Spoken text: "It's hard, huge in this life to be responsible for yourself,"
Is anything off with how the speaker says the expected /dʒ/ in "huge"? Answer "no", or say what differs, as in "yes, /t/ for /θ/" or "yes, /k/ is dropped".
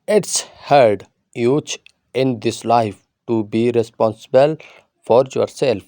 yes, /tʃ/ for /dʒ/